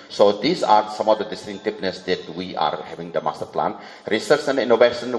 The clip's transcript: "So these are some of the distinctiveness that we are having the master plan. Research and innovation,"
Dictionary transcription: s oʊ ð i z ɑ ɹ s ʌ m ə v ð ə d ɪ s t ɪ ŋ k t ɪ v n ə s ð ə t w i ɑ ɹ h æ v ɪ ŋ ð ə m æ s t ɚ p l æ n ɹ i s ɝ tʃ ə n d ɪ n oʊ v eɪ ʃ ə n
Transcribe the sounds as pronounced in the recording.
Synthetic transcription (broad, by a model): s oʊ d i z ɑ ɹ s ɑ m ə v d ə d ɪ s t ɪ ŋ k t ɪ p n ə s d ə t w i ɑ ɹ h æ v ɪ ŋ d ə m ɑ s t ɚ p l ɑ n ɹ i s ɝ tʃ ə n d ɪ n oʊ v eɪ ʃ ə n